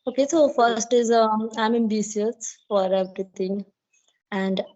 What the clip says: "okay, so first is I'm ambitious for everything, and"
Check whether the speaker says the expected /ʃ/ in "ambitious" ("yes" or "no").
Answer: no